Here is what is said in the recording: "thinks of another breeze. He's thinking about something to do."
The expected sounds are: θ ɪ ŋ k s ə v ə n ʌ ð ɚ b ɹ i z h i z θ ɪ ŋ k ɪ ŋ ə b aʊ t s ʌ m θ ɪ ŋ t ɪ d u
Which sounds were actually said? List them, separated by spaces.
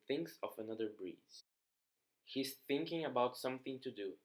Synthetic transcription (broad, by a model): θ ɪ ŋ k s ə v ə n ʌ ð ɚ b ɹ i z h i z θ ɪ ŋ k ɪ ŋ ə b aʊ t s ʌ m θ ɪ ŋ t ɪ d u